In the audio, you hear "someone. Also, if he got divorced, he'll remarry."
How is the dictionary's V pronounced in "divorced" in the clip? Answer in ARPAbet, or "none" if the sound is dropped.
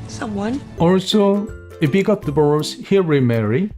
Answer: B